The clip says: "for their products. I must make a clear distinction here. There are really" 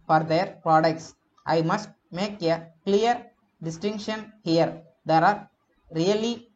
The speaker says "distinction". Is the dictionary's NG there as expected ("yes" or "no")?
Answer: yes